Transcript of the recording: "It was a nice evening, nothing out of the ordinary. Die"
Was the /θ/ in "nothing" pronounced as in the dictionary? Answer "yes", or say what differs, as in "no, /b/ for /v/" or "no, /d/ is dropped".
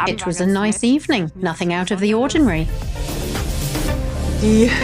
yes